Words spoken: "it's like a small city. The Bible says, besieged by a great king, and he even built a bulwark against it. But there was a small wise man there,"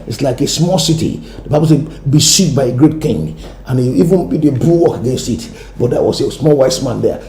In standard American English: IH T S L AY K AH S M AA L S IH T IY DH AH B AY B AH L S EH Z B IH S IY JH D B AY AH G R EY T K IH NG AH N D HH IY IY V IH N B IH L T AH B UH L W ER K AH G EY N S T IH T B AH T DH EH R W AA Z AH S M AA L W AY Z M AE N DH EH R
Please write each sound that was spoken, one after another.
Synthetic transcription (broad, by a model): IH T S L AY K AH S M AA L S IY T IY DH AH B AY B AH L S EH B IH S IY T B AY AH G R EY T K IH NG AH N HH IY IY V IH N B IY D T AH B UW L W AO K AH G EY N S T IH T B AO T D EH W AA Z AH S M AA L W AY S M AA N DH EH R